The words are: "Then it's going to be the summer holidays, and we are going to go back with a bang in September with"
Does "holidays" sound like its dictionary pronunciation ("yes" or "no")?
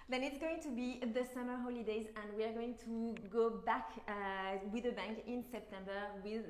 yes